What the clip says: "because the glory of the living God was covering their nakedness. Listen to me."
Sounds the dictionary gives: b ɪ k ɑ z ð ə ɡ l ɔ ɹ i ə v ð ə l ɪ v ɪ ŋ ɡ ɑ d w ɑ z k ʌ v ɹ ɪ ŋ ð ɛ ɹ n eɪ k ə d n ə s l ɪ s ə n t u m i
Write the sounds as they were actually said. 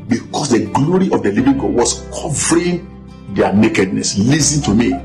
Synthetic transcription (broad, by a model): b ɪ k ɑ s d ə ɡ l ɔ ɹ i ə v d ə l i v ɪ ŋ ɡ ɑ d w ɑ s k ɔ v ɹ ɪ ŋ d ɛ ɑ n eɪ k ə d n ə s l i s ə n t u m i